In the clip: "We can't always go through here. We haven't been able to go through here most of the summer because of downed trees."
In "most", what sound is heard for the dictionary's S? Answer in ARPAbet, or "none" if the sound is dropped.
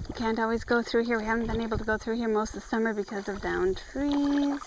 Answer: S